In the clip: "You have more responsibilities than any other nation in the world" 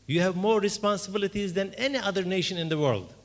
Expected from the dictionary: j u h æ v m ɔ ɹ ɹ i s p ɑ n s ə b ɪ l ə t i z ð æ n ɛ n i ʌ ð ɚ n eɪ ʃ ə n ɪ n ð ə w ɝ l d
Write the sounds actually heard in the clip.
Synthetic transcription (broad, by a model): j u h æ v m ɔ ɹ ɹ i s p ɑ n s ə b ɪ l ə t i z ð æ n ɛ n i ʌ ð ɚ n eɪ ʃ ə n ɪ n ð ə w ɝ l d